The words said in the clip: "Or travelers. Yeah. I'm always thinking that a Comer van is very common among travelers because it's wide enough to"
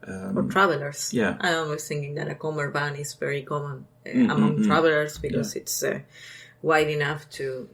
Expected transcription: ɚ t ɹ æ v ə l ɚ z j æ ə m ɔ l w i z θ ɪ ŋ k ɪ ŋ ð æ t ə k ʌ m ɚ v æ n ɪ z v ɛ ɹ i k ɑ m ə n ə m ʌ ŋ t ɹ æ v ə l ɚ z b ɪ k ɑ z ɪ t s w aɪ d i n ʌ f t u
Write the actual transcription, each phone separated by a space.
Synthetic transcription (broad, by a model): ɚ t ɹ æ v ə l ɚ s j æ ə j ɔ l w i s θ ɪ ŋ k ɪ ŋ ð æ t ə k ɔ m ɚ b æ n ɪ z v ɛ ɹ i k ɑ m ə n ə m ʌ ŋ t ɹ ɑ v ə l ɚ s b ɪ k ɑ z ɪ t s w aɪ d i n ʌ f t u